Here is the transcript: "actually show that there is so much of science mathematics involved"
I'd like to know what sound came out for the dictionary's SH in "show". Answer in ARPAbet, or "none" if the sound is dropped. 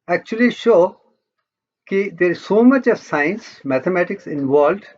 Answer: SH